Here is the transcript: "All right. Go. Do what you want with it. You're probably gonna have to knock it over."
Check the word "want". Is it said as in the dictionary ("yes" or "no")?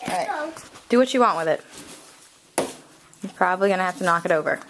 yes